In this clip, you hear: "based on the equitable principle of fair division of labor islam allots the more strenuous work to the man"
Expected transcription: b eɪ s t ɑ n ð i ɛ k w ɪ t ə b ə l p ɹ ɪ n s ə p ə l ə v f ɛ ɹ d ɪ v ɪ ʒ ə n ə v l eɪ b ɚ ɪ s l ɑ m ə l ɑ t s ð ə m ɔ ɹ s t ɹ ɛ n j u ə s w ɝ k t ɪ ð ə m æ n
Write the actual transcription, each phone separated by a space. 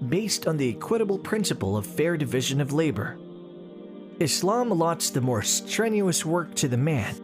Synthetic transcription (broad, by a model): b eɪ s t n ð i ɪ k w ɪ t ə b l p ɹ ɪ n s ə p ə l ə v f ɛ ɹ d ɪ v ɪ ʒ ə n ə v l eɪ b ɚ ɪ s l ɑ m l ɑ t s ð ə m ɔ ɹ s t ɹ ɛ n j u ə s w ɝ k t ɪ ð ə m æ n